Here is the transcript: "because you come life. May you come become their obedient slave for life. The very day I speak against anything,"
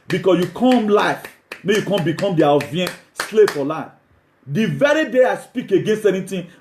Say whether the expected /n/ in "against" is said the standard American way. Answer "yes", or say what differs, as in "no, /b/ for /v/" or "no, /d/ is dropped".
yes